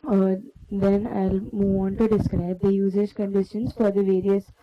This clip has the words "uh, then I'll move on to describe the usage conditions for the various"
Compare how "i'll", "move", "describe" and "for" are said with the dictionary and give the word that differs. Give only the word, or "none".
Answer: none